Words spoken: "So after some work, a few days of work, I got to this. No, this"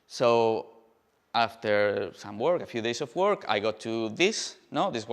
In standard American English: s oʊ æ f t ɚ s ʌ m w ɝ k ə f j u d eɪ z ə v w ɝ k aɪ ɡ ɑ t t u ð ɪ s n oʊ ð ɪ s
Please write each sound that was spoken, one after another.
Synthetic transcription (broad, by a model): s oʊ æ f t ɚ s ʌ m w ɝ k ə f j u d eɪ s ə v w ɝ k aɪ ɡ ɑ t t u ð ɪ s n oʊ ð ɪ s